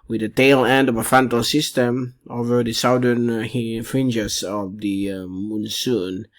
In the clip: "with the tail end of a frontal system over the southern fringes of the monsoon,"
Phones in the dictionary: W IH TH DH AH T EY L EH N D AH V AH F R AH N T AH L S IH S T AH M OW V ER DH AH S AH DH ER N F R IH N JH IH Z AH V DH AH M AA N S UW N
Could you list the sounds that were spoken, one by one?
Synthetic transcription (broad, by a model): W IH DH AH T EY L EH N D AH V AH F AH N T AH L S IH S T AH M OW V ER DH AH S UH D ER N F R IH N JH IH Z AH V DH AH M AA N S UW N